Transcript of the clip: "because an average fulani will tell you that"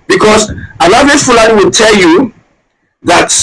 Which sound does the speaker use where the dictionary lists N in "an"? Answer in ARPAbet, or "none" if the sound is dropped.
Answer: L